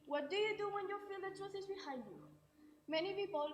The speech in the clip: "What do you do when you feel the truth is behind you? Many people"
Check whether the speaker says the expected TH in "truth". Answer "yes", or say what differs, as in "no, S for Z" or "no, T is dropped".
no, S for TH